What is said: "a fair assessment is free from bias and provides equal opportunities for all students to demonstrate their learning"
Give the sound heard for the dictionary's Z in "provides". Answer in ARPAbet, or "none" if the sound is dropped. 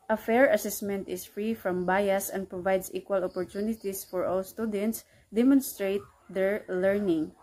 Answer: S